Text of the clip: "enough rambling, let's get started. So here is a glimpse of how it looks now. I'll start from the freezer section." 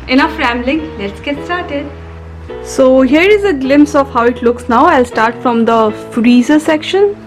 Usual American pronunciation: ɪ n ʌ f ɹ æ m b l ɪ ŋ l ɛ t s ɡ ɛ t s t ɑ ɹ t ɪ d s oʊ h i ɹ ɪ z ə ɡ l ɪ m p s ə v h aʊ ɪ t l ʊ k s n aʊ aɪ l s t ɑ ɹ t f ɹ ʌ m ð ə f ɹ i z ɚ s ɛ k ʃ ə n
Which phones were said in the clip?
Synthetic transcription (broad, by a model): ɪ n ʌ f ɹ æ m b l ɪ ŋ l ɛ t s ɡ ɛ t s t ɑ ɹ t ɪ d s oʊ h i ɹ ɪ z ə ɡ l ɪ m p s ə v h aʊ ɪ t l ʊ k s n aʊ aɪ l s t ɑ ɹ t f ɹ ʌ m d ə f ɹ i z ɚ s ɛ k ʃ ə n